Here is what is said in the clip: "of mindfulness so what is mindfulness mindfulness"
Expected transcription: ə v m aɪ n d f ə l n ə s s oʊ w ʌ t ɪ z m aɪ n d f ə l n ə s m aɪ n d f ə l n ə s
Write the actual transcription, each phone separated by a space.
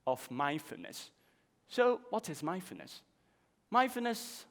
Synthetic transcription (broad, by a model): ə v m aɪ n f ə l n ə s s oʊ w ʌ t ɪ z m aɪ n f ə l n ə s m aɪ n f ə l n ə s